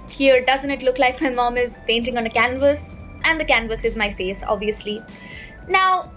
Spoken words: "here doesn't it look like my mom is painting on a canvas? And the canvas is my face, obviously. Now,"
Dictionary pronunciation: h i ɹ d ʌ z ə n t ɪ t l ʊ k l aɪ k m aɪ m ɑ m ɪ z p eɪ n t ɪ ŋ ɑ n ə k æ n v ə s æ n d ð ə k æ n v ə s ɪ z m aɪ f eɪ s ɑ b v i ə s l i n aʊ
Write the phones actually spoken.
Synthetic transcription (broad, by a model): h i ɹ d ʌ z ə n t ɪ t l ʊ k l aɪ k m aɪ m ɑ m ɪ z p eɪ n t ɪ ŋ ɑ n ə k æ n v ə s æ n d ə k æ n v ə s ɪ z m aɪ f eɪ s ɑ b v i ə s l i n aʊ